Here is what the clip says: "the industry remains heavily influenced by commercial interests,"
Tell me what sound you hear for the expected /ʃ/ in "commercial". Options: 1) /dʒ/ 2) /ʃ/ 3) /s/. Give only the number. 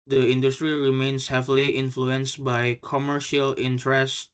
2